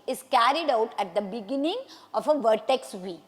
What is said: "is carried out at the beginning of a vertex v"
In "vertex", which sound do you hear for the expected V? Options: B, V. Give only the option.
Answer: V